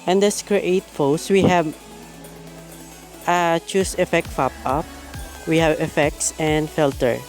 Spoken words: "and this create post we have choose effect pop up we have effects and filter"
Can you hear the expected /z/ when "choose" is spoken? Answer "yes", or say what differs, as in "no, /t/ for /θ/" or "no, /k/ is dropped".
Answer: no, /s/ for /z/